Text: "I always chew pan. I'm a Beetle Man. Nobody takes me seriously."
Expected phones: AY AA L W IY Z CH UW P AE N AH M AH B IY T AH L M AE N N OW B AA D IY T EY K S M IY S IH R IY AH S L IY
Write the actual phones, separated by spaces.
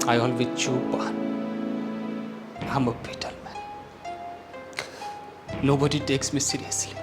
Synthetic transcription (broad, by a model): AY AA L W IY CH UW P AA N AH M AH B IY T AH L M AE N N OW B AA D IY T EY K S M IY S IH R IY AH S L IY